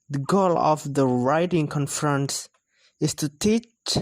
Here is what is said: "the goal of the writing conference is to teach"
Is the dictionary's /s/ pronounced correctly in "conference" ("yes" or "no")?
yes